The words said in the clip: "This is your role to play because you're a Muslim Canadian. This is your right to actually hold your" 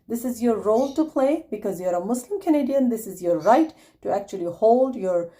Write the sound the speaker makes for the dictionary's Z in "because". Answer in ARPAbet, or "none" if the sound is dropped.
Z